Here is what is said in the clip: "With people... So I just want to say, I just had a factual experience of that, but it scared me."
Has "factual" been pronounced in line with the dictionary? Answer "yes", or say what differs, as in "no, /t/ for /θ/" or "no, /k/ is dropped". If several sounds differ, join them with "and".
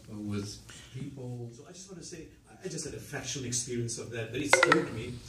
no, /ʃ/ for /tʃ/